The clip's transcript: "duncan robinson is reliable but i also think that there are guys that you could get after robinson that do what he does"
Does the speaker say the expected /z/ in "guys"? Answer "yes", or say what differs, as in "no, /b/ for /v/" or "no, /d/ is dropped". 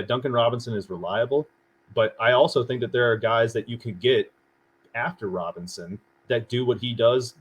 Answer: yes